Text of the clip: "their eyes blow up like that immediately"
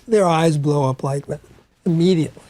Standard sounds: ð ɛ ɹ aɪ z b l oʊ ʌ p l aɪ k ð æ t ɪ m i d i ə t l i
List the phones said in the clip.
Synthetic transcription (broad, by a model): ð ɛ ɹ aɪ z b l oʊ ʌ p l aɪ k ð æ t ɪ m i d i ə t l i